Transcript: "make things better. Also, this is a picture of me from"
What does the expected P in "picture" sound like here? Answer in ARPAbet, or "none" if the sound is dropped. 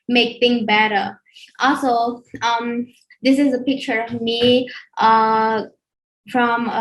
P